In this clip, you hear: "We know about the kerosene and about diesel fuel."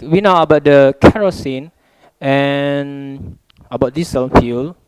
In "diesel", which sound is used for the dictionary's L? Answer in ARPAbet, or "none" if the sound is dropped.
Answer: N